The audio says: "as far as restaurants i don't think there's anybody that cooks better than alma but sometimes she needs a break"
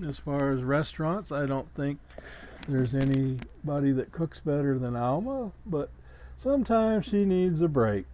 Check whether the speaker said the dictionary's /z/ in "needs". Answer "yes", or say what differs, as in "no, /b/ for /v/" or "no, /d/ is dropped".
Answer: yes